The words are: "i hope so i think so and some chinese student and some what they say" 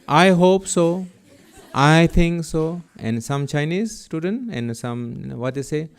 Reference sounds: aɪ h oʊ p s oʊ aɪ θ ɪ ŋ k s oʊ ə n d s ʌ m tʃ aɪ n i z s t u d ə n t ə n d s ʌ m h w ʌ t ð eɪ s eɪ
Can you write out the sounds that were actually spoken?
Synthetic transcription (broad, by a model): aɪ h oʊ p s oʊ aɪ t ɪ ŋ k s oʊ ə n d s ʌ m tʃ aɪ n i z s t u d ə n t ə n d s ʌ m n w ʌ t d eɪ s eɪ